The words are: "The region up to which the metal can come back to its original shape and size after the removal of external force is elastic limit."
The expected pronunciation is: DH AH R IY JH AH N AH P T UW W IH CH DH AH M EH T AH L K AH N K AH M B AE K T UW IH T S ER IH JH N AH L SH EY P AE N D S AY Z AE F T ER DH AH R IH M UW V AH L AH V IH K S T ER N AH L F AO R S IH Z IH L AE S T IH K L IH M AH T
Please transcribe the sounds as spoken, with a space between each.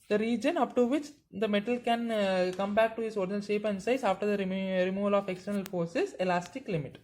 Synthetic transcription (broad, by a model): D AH R IY JH AH N AH P T UW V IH CH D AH M EH T AH L K AH N K AH M B AE K T UW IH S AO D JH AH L SH EY P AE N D S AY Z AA F T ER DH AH R IH M UW V AH L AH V IH K S T ER N AH L F AO R S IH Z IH L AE S T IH K L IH M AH T